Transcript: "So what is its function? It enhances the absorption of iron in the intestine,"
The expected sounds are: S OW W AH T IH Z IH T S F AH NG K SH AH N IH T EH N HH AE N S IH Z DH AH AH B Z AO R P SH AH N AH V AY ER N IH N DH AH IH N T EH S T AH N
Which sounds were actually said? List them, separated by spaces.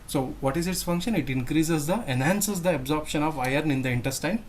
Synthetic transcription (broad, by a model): S OW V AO T IH Z IH T S F AH NG K SH AH N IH T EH N HH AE N S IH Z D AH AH B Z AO R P SH AH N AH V AY ER N IH N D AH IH N T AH S T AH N